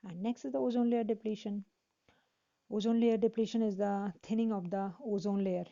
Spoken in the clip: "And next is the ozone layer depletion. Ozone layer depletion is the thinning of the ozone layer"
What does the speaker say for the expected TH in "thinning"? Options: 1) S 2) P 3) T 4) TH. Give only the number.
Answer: 3